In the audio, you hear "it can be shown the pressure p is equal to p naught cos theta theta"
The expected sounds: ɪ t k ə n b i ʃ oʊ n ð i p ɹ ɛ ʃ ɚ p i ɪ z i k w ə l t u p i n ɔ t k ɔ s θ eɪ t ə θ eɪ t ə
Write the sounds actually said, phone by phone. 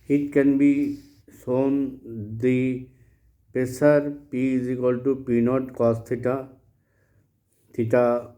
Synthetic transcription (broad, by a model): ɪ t k ə n b i s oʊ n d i p ɛ s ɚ p i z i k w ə l t u p i n ɔ t k ɔ s t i t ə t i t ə